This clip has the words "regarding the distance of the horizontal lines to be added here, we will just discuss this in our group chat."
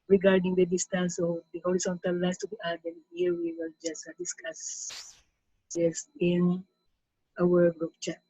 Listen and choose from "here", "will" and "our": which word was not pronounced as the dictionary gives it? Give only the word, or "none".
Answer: our